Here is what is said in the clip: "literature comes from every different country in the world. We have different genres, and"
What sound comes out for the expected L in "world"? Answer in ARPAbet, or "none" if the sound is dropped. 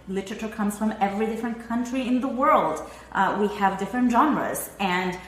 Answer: L